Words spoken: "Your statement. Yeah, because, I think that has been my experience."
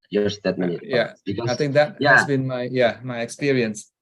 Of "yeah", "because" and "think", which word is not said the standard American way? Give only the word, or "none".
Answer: because